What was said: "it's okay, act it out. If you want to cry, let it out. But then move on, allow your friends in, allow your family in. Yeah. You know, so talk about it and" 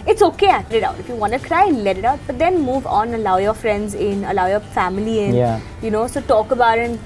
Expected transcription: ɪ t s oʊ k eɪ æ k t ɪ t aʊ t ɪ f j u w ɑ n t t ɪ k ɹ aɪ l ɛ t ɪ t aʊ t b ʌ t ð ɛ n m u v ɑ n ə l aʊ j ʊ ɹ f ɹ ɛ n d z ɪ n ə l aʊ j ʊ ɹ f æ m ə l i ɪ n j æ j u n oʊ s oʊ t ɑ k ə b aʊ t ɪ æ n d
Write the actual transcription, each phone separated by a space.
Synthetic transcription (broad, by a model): ɪ t s oʊ k eɪ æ t ɪ t aʊ t ɪ f j u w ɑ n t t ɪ k ɹ aɪ l ɛ t ɪ t aʊ t b ʌ t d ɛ n m u v ɑ n ə l aʊ j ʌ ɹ f ɹ ɛ n d z ɪ n ə l aʊ j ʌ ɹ f æ m ə l i ɪ n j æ j u n oʊ s oʊ t ɑ k ə b aʊ t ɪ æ n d